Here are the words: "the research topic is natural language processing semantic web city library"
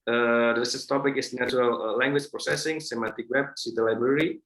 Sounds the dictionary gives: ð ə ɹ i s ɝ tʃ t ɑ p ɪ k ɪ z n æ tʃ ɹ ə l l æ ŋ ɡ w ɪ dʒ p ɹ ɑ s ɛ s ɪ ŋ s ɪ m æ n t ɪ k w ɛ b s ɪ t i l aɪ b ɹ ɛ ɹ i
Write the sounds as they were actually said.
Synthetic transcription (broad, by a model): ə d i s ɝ s t ɑ p ɪ k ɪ s n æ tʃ ɹ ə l l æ ŋ ɡ w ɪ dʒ p ɹ ɑ s ɛ s ɪ ŋ s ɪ m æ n t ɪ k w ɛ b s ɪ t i l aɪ b ɹ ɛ ɹ i